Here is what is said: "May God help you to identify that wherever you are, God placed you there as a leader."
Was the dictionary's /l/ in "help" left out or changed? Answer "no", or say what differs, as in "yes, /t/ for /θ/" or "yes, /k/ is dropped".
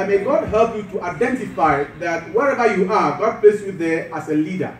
no